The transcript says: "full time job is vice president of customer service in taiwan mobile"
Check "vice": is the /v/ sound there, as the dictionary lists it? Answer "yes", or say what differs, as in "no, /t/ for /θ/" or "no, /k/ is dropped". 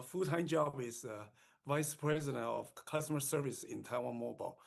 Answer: yes